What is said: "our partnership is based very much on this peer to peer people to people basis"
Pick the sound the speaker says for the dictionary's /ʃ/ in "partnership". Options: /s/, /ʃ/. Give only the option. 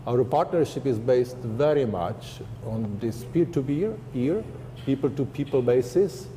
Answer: /ʃ/